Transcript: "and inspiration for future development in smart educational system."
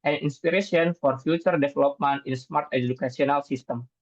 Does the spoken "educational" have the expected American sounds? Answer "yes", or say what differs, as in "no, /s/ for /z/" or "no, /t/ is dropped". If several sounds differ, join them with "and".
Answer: no, /s/ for /ʃ/